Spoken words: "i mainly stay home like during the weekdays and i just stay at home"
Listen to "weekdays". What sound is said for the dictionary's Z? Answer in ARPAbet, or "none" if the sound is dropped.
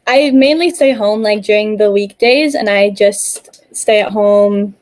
Z